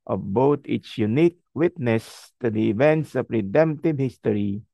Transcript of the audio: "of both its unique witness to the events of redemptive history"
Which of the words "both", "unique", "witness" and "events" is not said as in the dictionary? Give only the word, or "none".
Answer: both